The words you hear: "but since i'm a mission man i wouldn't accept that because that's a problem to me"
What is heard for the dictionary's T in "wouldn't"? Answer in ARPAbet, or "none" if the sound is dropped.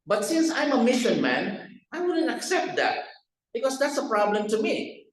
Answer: T